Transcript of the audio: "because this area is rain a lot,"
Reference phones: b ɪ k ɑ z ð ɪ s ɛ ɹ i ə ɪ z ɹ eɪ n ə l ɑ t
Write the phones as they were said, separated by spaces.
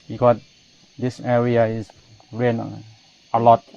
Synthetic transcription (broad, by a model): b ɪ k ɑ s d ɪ s ɛ ɹ i ə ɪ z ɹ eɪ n ə l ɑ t